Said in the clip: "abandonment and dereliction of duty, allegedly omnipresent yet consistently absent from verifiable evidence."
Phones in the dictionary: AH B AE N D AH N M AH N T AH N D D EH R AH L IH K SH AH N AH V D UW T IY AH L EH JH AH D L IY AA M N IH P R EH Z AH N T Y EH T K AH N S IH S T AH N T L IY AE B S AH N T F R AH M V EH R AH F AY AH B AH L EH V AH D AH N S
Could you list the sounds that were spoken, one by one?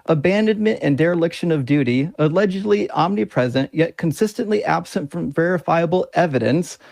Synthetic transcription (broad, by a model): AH B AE N D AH N M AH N T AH N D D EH R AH L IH K SH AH N AH V D UW T IY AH L EH JH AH D L IY AA M N IH P R EH Z AH N T Y EH T K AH N S IH S T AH N T L IY AE B S AH N T F R AH M V EH R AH F AY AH B L EH V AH D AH N S